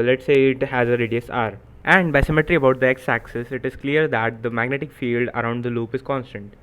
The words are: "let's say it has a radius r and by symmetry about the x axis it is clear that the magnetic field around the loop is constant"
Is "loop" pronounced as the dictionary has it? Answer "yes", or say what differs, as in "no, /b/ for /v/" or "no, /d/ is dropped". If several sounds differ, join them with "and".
yes